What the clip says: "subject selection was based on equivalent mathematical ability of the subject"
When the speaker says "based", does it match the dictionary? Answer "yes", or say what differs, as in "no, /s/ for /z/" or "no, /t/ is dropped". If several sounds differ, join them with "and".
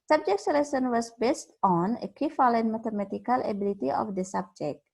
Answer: yes